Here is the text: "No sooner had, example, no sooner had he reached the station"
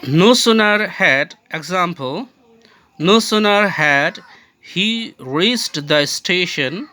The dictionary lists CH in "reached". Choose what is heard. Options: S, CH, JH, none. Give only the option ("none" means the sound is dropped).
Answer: S